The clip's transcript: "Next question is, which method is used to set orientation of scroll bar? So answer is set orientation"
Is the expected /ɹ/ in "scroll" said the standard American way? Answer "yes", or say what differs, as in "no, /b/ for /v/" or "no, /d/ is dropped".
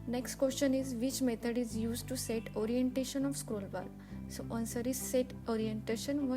yes